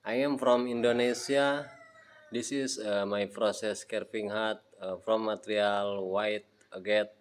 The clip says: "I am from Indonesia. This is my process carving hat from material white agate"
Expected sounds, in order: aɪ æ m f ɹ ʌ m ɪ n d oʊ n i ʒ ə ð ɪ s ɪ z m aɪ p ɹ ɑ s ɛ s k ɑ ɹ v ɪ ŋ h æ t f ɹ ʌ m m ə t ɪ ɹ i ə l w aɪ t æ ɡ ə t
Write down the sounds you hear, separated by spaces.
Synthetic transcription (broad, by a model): aɪ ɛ m f ɹ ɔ m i n d oʊ n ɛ s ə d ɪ s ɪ s m aɪ p ɹ ɑ s ɛ s k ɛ ɹ p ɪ ŋ h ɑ t f ɹ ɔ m m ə t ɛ ɹ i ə l w aɪ t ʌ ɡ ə t